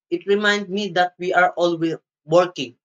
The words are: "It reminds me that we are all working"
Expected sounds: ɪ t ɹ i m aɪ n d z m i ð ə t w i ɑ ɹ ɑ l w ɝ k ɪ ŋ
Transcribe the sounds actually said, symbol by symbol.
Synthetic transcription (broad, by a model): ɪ t ɹ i m aɪ n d m i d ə t w i ɑ ɹ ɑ l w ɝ k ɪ ŋ